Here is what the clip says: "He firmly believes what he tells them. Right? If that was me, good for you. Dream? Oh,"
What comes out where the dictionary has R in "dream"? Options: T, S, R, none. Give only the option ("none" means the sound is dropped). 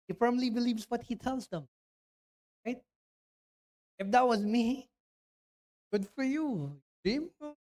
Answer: none